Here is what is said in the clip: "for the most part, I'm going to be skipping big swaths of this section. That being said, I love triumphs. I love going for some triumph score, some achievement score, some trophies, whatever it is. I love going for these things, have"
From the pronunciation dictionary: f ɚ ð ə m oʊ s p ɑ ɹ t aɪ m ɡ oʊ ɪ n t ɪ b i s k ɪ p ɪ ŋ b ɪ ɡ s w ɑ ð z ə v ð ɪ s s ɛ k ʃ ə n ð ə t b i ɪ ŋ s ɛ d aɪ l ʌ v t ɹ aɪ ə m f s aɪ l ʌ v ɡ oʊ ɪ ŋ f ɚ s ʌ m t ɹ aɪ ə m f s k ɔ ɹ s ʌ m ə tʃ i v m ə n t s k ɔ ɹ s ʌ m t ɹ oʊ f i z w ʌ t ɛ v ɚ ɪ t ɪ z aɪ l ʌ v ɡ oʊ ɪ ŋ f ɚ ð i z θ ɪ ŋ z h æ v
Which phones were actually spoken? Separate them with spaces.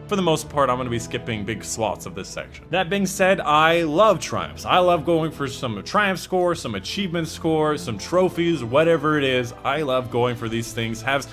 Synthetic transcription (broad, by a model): f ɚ ð ə m oʊ s p ɑ ɹ t aɪ m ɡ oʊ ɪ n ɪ b i s k ɪ p ɪ ŋ b ɪ ɡ s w ɑ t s ə v ð ɪ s s ɛ k ʃ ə n ð ə t b i ɪ ŋ s ɛ d aɪ l ʌ v t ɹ aɪ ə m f s aɪ l ʌ v ɡ oʊ ɪ ŋ f ɚ s ʌ m t ɹ aɪ ə m f s k ɔ ɹ s ʌ m ə tʃ i v m ə n t s k ɔ ɹ s ʌ m t ɹ oʊ f i z w ʌ t ɛ v ɚ ɪ t ɪ z aɪ l ʌ v ɡ oʊ ɪ ŋ f ɚ ð i z θ ɪ ŋ z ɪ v